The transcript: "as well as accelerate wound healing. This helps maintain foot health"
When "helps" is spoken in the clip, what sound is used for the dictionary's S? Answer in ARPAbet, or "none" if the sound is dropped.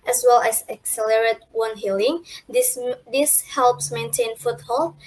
S